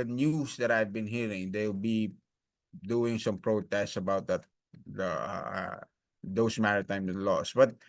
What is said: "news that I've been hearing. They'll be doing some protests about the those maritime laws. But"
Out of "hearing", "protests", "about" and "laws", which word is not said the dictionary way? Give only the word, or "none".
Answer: laws